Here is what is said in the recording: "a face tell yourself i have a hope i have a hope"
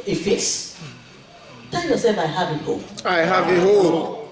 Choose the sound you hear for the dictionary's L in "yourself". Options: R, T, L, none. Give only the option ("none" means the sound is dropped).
none